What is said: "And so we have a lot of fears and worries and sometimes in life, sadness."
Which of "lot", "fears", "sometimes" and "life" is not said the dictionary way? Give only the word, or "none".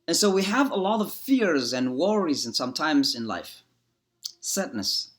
none